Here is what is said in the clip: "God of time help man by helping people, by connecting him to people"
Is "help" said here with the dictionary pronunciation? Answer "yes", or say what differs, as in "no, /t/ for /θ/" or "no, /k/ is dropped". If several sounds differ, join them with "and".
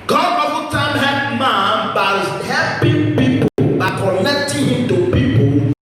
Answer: no, /l/ is dropped